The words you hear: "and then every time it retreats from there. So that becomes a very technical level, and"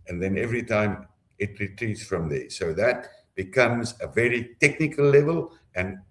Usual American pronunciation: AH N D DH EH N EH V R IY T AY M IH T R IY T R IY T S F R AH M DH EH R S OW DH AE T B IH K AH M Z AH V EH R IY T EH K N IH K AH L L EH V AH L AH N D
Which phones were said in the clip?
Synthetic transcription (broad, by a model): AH N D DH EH N EH V R IY T AY M IH T R IY T R IY T S F R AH M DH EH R S OW DH AE T B IH K AH M Z AH V EH R IY T EH K N IH K AH L L EH V AH L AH N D